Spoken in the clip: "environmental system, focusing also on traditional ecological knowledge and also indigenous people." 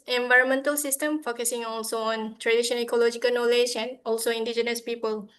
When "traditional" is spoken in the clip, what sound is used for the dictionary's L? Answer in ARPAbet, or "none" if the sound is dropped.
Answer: N